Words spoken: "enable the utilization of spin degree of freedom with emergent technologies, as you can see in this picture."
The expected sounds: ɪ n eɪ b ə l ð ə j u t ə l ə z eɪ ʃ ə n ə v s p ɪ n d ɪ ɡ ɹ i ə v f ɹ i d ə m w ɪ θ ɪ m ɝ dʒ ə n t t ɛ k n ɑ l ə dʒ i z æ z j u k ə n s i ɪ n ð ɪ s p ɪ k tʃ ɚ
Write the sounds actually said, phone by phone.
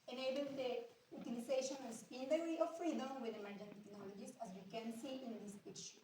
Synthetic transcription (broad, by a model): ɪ n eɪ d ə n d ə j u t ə l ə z eɪ ʃ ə n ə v s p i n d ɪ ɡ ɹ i ə v f ɹ i d ə m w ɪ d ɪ m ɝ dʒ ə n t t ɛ k n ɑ l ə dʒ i s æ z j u k ə n s i ɪ n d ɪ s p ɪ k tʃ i